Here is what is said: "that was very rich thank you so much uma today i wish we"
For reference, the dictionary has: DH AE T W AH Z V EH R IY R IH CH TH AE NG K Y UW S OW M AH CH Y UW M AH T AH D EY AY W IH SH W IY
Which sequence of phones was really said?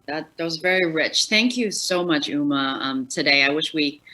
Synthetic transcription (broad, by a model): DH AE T W AH Z V EH R IY R IH CH TH AE NG K Y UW S OW M AH CH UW M AH T AH D EY AY W IH SH W IY